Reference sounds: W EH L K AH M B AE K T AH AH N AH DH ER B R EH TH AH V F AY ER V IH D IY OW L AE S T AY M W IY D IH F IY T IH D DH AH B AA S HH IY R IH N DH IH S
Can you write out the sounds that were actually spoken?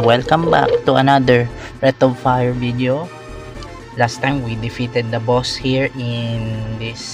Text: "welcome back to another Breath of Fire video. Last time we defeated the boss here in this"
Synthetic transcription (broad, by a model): W EH L K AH M B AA K T AH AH N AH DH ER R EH T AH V F AY ER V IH D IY OW L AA S T AY M W IY D IH F IY T IH D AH B AA S HH IY R IH N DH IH S